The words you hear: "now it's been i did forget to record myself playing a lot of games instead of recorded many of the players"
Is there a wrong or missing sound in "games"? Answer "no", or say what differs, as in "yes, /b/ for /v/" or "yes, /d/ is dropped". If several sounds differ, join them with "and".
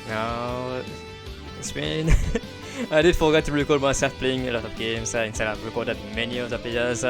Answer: yes, /s/ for /z/